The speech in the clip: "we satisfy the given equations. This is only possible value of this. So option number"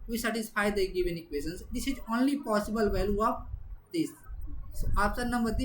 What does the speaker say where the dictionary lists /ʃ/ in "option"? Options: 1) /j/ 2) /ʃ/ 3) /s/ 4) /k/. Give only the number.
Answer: 3